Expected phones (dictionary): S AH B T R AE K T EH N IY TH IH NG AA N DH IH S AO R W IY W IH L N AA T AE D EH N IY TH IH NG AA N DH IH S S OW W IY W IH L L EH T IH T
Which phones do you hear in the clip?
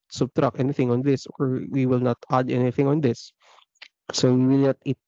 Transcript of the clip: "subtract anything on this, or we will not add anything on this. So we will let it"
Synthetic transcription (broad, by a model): S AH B T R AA K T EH N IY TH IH NG AA N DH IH S AO R W IY W IH L N AA T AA D EH N IY TH IH NG AA N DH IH S S OW W IY W IH L N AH T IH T